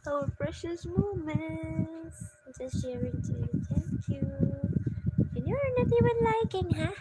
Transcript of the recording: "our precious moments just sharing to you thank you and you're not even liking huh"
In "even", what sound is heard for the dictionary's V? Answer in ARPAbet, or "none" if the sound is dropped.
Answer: W